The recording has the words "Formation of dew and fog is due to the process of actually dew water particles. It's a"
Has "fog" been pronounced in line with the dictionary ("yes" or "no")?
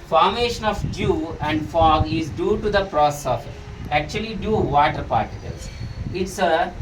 yes